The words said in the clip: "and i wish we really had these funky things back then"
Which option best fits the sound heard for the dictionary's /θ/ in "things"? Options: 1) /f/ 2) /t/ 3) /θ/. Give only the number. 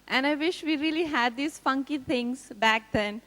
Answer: 2